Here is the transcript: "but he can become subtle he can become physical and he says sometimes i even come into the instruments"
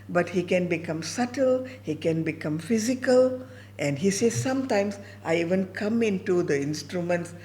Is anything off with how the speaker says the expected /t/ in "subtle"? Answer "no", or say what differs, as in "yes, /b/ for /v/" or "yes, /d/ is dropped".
no